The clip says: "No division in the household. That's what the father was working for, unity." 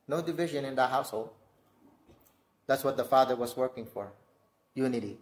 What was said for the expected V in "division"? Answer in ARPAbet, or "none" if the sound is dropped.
V